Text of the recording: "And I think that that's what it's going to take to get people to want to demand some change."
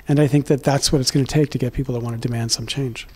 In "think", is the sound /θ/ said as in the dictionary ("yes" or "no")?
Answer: yes